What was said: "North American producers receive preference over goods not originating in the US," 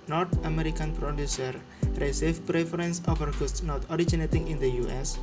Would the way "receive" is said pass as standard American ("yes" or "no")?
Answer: no